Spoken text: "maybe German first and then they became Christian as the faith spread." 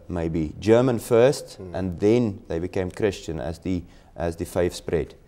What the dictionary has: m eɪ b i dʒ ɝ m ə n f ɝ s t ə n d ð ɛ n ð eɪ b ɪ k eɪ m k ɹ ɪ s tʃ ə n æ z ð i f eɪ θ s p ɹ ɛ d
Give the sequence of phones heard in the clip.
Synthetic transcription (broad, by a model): m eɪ b i dʒ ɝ m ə n f ɝ s t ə n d ð ɛ n ð eɪ b ɪ k eɪ m k ɹ ɪ s tʃ ə n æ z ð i f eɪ f s p ɹ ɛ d